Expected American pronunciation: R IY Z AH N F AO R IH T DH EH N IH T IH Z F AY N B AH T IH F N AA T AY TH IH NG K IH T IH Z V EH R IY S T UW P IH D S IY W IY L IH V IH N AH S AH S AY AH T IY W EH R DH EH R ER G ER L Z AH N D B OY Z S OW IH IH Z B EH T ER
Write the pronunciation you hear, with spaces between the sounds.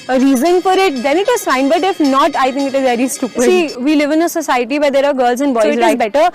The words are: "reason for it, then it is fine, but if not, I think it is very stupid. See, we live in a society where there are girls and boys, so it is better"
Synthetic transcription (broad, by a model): R IY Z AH N F AO R IH T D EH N IH T IH Z F AY N B AH T IH F N AA T AY T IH NG K IH T IH Z V EH R IY S T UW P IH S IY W IY L IH V IH N AH S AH S AY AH T IY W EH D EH R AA G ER L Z AH N D B OY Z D IH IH B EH T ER